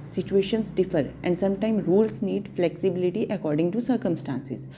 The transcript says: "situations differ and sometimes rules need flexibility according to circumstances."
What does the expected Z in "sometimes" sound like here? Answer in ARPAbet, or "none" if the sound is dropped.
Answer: none